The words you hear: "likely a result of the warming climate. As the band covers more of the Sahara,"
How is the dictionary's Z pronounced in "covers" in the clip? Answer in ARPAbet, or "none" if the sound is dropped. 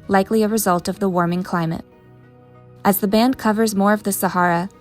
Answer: Z